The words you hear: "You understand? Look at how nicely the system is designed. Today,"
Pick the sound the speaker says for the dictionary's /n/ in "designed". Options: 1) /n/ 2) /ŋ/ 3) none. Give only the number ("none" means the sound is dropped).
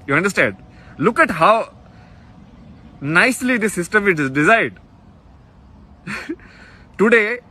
3